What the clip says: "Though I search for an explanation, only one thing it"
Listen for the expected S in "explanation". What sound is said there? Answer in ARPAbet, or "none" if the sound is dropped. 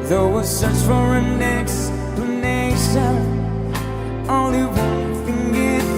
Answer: S